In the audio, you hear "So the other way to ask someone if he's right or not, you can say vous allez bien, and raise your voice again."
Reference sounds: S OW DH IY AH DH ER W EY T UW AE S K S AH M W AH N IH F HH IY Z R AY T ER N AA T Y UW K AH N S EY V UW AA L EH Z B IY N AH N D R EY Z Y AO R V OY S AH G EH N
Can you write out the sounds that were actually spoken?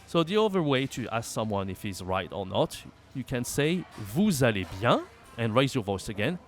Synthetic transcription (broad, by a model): S OW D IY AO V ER W EY T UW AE S K S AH M W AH N IH F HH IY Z R AY T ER N AA T Y UW K AH N S EY V UW AA L EH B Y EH AH N R EY Z Y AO V OY S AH G EH N